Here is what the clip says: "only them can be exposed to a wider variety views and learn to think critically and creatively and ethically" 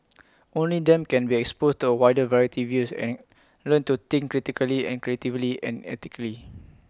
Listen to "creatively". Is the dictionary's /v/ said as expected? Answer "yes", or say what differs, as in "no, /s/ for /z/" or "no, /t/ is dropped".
yes